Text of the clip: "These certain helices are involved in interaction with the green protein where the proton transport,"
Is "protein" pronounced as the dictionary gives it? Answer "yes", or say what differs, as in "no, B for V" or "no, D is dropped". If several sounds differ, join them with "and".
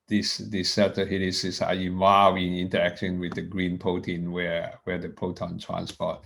no, R is dropped